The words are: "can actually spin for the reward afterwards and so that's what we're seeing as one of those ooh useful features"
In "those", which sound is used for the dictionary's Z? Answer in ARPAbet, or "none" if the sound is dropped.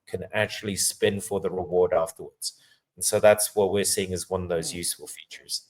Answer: Z